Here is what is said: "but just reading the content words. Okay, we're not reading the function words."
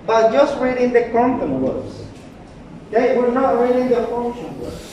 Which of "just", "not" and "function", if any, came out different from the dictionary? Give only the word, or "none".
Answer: function